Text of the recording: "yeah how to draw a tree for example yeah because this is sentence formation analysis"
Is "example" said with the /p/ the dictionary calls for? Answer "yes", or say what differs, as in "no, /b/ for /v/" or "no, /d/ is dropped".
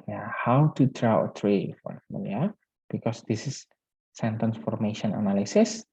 no, /p/ is dropped